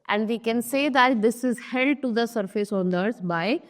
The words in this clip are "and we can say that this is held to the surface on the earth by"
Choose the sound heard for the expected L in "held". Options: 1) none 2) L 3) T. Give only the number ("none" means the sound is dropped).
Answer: 1